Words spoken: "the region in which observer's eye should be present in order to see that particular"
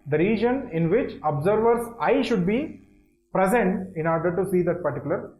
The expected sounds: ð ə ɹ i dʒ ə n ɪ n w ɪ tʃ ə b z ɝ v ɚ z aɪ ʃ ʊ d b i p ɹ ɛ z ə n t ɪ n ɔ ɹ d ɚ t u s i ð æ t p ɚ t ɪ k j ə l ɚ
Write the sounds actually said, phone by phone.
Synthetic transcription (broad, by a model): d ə ɹ i dʒ ə n ɪ n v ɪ tʃ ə b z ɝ v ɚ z aɪ ʃ ʊ d b i p ɹ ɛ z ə n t ɪ n ɔ ɹ d ɚ t u s i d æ t p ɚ t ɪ k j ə l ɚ